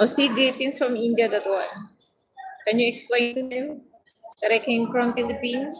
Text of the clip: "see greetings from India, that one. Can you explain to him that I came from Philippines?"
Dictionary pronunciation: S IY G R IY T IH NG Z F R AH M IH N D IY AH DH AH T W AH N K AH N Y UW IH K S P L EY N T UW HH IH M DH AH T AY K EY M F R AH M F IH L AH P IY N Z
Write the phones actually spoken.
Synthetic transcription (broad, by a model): S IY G IY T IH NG S F R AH M IH N D IY AH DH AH T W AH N K AH N Y UW IH K S P L EY N T UW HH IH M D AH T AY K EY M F R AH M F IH L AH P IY N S